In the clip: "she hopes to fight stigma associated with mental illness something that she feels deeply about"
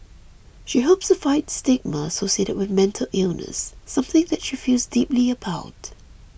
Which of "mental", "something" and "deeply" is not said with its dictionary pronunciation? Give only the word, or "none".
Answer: none